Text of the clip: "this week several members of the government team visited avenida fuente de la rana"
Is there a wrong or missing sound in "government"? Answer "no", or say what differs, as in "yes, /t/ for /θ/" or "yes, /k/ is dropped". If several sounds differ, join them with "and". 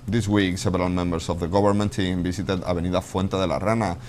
yes, /b/ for /v/